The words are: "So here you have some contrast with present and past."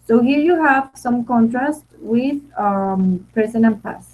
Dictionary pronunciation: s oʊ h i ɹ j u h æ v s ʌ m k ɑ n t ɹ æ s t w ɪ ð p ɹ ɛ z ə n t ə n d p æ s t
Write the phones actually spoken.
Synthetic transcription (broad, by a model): s oʊ h i ɹ j u h æ v s ʌ m k ɑ n t ɹ æ s t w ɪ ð p ɛ s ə n ə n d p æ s